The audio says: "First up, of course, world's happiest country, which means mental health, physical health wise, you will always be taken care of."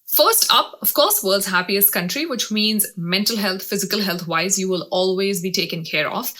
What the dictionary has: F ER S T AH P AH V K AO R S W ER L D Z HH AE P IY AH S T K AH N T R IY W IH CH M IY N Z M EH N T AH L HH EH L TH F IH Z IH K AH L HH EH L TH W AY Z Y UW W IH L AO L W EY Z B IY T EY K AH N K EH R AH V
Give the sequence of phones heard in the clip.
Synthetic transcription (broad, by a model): F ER S T AH P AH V K AO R S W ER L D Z HH AE P IY AH S T K AH N T R IY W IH CH M IY N Z M EH N T AH L HH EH L T F IH Z IH K AH L HH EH L T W AY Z Y UW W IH L AO L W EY Z B IY T EY K AH N K EH R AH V